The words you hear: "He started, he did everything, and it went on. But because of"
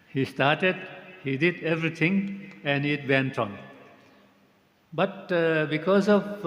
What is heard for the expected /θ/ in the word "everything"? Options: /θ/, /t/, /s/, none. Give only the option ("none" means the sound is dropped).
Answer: /t/